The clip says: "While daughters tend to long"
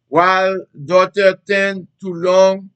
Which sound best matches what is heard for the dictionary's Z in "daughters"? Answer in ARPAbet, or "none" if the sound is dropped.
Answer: none